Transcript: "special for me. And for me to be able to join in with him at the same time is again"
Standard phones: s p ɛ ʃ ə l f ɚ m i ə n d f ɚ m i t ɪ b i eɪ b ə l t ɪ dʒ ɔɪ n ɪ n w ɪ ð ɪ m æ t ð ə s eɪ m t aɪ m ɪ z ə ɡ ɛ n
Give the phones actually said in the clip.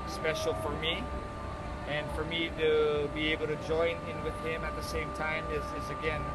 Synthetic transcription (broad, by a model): s p ɛ ʃ l f ɚ m i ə n f ɚ m i t ɪ b i eɪ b l t ɪ dʒ ɔɪ n ɪ n w ɪ ð ɪ m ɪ t ð ə s eɪ m t aɪ m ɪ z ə ɡ ɛ n